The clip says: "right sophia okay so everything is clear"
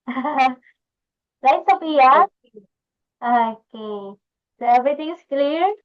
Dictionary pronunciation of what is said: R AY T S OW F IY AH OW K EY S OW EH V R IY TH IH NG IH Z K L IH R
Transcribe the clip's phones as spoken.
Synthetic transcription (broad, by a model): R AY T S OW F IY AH OW K EY S OW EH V R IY T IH NG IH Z K L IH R